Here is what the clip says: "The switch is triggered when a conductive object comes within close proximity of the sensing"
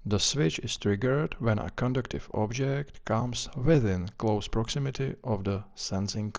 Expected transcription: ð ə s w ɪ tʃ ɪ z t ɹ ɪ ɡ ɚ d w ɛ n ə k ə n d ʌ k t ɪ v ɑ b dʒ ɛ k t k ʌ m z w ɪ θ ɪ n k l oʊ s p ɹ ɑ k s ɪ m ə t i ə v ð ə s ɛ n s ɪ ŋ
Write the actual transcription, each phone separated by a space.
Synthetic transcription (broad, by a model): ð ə s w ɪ tʃ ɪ s t ɹ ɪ ɡ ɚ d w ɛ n ə k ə n d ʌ k t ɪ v ɑ b dʒ ɛ k t k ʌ m s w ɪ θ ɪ n k l oʊ s p ɹ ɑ k s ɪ m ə t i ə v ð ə s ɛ n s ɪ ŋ